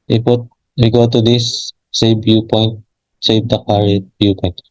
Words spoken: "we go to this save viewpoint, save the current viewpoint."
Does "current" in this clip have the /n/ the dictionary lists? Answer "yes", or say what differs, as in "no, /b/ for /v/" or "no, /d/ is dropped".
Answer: no, /n/ is dropped